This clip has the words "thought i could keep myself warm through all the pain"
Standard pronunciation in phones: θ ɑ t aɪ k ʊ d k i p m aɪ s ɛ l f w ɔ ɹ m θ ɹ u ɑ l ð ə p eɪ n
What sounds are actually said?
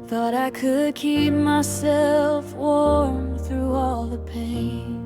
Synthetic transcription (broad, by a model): θ ɑ t aɪ k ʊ d k i p m aɪ s ɛ l f w ɔ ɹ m θ ɹ u ɑ l ð ə p eɪ n